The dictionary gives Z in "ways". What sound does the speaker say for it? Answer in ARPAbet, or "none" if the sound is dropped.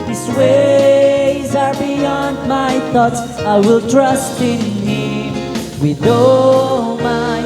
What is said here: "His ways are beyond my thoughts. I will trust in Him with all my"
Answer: Z